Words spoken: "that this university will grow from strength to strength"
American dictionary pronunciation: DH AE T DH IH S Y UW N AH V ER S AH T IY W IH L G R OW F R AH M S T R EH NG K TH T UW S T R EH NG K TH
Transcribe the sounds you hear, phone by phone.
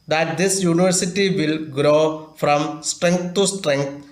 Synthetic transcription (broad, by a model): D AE T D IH S Y UW N AH V ER S AH T IY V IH L G R OW F R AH M S T R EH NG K T T UW S T R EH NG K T